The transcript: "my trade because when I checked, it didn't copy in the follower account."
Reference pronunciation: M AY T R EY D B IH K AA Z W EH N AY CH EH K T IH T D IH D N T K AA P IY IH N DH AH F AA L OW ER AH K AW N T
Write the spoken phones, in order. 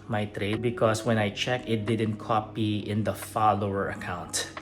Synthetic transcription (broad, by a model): M AY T R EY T B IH K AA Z W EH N AY CH EH K IH T D IH D N T K AA P IY IH N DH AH F AA L OW ER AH K AW N T